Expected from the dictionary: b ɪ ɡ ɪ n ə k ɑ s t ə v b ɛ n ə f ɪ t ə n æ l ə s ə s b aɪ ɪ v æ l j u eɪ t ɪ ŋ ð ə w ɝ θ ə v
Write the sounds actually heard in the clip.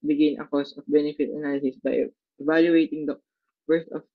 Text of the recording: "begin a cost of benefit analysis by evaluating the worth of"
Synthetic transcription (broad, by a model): b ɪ ɡ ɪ n ə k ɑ s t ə f b ɛ n ə f ɪ t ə n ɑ l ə s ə s b aɪ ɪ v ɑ l j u eɪ t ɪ ŋ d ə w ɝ t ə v